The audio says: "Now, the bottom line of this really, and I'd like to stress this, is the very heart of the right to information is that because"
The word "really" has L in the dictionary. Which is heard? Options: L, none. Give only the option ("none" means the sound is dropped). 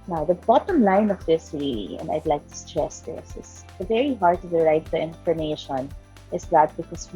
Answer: none